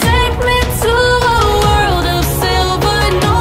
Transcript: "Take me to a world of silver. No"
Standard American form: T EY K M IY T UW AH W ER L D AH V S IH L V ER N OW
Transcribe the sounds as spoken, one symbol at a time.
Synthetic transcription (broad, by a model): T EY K M IY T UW AH W ER L D AH V S IH L V ER N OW